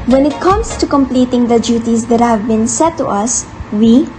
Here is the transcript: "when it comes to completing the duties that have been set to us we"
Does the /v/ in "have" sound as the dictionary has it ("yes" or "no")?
yes